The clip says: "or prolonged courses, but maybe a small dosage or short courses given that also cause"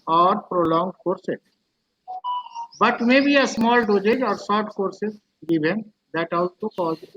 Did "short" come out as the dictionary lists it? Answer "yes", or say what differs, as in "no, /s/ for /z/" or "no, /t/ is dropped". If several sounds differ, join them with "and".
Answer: no, /s/ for /ʃ/